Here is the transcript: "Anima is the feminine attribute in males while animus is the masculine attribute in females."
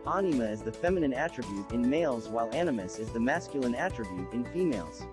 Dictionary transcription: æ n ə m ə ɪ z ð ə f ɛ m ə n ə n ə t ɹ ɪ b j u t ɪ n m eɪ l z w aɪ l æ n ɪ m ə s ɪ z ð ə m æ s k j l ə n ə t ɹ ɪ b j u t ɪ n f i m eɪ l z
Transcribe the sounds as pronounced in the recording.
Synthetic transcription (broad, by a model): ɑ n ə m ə ɪ z ð ə f ɛ m ə n ə n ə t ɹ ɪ b j u t ɪ n m eɪ l z w aɪ l æ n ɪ m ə s ɪ z ð ə m æ s k j l ə n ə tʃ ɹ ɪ b j u t ɪ n f i m eɪ l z